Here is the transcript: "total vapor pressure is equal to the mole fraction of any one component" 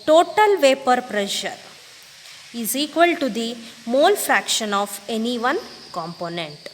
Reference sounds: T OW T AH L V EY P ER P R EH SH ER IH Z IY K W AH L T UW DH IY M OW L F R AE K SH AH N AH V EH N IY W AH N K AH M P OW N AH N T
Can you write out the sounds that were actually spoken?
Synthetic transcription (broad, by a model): T OW T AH L V EY P ER P R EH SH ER IH Z IY K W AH L T UW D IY M OW L F R AE K SH AH N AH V EH N IY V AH N K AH M P OW N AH N T